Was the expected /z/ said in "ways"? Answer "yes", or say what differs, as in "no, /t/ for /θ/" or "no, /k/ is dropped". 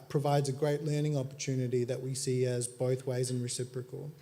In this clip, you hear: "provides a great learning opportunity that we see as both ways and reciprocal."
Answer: yes